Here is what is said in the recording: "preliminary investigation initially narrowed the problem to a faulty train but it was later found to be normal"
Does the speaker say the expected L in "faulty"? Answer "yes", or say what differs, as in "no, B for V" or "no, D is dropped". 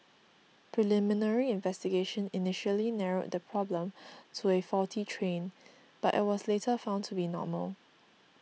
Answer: no, L is dropped